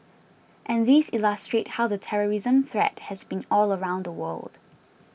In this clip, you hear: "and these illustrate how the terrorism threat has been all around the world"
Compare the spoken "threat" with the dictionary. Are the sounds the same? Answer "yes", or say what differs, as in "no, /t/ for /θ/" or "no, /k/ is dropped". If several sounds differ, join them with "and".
yes